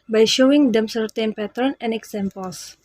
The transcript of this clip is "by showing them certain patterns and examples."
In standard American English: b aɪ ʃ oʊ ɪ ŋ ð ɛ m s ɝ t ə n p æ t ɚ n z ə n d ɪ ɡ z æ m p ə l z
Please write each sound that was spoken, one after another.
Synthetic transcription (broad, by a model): b aɪ ʃ oʊ ɪ ŋ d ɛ m s ɝ t ə n p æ t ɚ n ə n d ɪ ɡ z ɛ m p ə l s